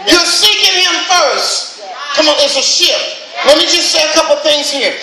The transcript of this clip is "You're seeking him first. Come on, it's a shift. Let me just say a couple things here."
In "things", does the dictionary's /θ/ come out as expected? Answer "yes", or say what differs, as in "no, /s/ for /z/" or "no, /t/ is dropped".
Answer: yes